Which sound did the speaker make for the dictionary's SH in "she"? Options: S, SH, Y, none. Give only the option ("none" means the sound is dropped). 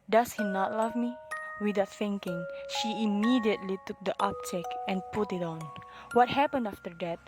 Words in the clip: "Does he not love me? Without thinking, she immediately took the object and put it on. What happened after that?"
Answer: SH